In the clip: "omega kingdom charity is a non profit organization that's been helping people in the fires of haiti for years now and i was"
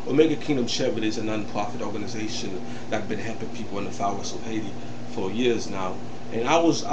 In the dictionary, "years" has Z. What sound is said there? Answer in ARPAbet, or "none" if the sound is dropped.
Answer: Z